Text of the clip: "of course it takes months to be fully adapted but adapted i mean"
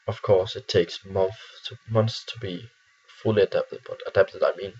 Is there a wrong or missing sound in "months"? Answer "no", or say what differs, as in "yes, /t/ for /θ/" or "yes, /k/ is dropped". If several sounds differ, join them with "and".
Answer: yes, /θ/ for /s/